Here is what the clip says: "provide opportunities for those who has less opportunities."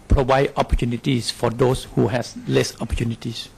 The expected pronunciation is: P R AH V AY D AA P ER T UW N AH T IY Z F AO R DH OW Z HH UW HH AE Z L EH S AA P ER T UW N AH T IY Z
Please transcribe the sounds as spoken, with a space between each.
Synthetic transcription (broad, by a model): P R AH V AY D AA P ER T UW N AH T IY S F AO R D OW S HH UW HH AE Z L EH S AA P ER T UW N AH T IY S